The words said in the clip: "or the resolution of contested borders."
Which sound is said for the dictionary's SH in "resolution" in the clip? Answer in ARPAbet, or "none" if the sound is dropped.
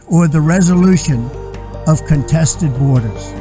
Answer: SH